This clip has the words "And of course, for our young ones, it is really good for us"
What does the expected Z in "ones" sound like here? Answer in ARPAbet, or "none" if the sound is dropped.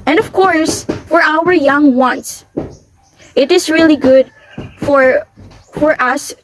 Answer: S